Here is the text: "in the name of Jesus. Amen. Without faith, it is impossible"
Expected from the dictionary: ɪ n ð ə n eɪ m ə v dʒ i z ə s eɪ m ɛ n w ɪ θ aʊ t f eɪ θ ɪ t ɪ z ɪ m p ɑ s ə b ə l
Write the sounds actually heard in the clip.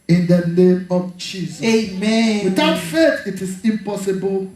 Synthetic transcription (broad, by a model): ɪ n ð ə n eɪ m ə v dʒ i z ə eɪ m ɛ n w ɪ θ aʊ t f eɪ t ɪ t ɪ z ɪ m p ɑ s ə b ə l